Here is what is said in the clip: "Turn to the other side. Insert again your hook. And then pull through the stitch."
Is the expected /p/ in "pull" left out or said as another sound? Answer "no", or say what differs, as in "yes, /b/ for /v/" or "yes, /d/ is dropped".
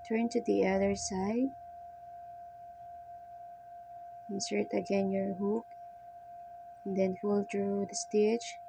yes, /f/ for /p/